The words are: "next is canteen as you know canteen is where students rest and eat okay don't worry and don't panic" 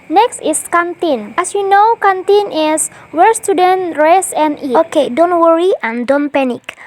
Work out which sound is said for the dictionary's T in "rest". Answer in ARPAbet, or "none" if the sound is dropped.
none